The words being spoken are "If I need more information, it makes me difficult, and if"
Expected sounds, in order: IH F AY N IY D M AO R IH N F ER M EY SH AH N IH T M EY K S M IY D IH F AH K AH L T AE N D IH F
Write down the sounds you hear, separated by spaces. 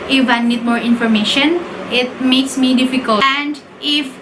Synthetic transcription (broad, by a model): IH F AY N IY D M AO R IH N F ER M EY SH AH N IH T M EY K S M IY D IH F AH K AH L AE N D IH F